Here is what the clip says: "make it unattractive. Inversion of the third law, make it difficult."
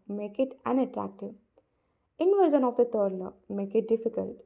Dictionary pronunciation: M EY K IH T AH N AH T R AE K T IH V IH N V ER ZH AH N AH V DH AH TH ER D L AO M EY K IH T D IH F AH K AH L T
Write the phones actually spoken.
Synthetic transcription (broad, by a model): M EY K IH T AH N AH T R AE K T IH V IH N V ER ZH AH N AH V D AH T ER D L AO M EY K IH T D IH F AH K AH L T